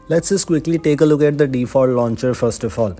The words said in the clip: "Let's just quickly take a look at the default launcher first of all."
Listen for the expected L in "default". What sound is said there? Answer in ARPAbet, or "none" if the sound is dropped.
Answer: none